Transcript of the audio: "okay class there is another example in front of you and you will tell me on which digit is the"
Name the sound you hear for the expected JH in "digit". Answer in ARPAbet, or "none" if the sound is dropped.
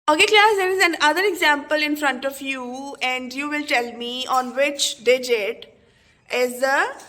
JH